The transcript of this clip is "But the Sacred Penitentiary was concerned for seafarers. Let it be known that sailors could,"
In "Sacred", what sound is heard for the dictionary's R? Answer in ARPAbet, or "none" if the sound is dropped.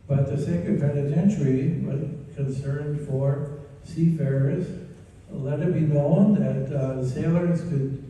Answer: none